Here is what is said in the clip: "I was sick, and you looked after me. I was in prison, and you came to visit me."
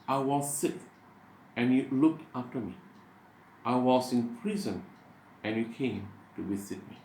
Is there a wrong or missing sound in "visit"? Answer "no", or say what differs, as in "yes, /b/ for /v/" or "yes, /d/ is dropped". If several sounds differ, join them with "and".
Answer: yes, /w/ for /v/